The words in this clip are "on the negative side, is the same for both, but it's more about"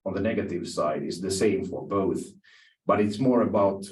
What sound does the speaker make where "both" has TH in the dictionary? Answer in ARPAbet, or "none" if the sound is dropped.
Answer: TH